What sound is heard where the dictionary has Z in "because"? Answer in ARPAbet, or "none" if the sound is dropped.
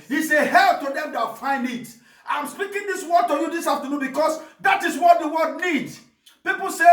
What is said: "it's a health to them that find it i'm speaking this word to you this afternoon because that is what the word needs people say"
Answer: S